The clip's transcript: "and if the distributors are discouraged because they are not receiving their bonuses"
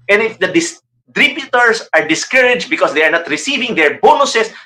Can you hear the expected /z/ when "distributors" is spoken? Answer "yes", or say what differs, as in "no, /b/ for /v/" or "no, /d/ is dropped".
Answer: no, /s/ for /z/